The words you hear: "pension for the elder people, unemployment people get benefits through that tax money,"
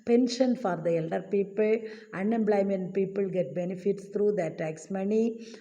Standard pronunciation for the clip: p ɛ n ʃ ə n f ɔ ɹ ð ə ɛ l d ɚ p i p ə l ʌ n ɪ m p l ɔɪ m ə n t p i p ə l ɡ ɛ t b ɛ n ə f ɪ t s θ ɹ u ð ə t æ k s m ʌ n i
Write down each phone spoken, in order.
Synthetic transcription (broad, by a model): p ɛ n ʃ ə n f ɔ ɹ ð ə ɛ l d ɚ p i p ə l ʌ n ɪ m b l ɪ m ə n p i p ə l ɡ ɛ t b ɛ n ə f ɪ t s t ɹ u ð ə t æ k s m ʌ n i